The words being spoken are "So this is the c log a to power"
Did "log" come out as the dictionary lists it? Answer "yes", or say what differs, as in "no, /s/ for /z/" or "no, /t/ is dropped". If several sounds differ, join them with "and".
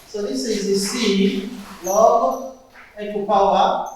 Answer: no, /ɡ/ is dropped